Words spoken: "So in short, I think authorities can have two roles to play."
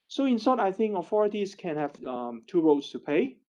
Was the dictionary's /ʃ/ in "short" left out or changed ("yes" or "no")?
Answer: yes